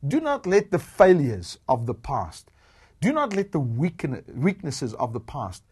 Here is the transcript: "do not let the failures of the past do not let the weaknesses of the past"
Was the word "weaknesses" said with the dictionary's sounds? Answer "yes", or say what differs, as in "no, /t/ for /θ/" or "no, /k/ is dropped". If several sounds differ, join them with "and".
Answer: yes